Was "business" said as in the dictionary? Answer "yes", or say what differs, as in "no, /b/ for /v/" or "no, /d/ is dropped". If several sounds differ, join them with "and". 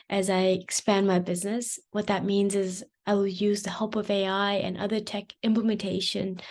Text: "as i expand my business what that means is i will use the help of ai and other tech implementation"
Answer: yes